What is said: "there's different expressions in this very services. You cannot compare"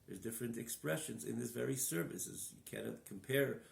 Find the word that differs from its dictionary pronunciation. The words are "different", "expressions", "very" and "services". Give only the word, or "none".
none